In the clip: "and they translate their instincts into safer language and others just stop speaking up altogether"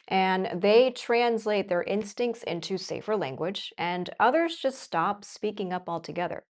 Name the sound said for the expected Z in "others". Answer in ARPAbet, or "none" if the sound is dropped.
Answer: Z